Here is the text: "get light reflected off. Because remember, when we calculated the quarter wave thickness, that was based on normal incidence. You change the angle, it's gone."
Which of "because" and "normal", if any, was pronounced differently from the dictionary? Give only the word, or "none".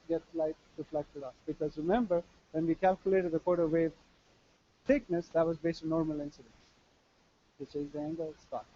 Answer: none